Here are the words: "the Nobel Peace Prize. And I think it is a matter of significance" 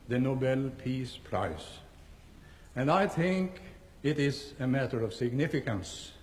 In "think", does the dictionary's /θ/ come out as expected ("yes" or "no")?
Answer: yes